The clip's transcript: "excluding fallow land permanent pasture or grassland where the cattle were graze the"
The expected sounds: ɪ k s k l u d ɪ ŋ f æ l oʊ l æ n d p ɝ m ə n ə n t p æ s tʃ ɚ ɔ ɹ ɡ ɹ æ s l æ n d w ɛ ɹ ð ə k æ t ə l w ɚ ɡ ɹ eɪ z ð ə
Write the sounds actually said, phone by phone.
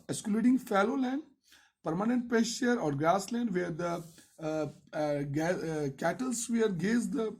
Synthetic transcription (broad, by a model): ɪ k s k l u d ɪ ŋ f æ l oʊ l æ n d p ɝ m ə n ə n t p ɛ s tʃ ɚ ɔ ɹ ɡ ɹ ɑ s l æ n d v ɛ ɹ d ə k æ t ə l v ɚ ɡ eɪ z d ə